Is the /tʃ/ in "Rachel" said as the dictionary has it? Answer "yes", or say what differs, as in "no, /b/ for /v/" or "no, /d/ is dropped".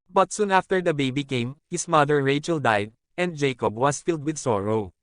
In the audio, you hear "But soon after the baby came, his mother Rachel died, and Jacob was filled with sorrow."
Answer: yes